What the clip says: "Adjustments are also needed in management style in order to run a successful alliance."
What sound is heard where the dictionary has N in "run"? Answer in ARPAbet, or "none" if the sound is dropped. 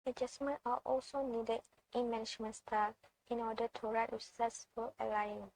none